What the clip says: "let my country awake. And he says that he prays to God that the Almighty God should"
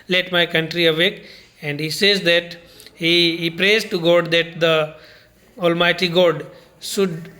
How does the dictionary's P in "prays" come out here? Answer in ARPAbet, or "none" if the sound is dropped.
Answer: P